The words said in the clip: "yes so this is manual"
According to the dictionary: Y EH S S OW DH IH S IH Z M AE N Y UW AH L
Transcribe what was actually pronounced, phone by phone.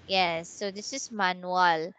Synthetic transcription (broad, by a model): Y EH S S OW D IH S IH S M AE N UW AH L